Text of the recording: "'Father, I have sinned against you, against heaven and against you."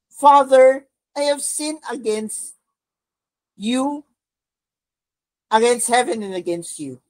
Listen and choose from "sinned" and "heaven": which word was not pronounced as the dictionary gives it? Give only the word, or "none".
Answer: sinned